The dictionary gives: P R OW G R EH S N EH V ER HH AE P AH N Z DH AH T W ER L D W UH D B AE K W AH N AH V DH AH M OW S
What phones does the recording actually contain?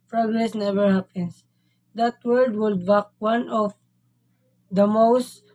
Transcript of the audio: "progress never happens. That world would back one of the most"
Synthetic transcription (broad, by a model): P R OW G R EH S N EH V ER HH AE P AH N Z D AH T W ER D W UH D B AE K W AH N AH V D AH M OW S